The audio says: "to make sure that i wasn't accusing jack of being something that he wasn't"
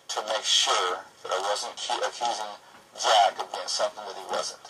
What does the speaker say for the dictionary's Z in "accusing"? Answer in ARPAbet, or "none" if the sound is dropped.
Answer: Z